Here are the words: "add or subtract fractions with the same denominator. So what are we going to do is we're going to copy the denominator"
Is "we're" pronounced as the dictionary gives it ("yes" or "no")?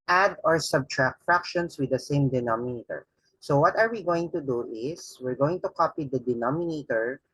yes